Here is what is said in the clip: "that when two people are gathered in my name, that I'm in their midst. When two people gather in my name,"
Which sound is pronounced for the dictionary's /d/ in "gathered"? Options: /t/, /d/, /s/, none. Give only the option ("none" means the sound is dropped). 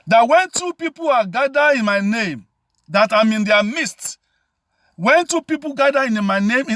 none